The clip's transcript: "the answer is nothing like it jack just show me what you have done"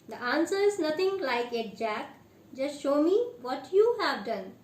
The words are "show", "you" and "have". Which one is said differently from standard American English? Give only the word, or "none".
none